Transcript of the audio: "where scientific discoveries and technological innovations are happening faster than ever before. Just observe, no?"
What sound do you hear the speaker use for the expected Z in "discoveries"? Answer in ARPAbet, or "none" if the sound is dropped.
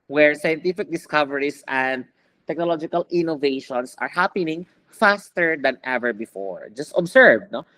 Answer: S